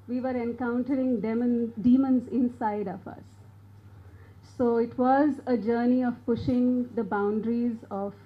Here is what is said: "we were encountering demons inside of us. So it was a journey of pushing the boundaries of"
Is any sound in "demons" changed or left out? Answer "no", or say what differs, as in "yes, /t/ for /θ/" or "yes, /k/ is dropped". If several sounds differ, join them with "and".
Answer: no